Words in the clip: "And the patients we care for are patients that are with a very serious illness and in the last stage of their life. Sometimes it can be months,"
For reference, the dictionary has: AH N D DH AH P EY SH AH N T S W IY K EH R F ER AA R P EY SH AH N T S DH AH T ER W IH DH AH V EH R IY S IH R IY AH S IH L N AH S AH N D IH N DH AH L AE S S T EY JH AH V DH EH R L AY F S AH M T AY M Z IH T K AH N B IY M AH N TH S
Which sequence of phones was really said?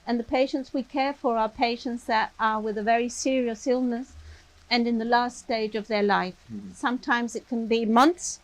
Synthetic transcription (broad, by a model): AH N DH AH P EY SH AH N T S W IY K EH R F ER AA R P EY SH AH N T S DH AH T ER W IH DH AH V EH R IY S IH R IY AH S IH L N AH S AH N IH N DH AH L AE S S T EY JH AH V DH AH R L AY F S AH M T AY M Z IH T K AH N B IY M AH N TH S